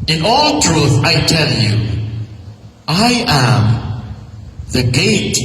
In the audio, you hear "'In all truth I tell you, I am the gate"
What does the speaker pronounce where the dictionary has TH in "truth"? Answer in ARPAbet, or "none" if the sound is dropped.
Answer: TH